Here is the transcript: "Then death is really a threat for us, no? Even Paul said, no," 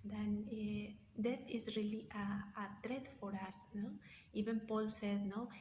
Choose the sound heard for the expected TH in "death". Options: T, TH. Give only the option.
T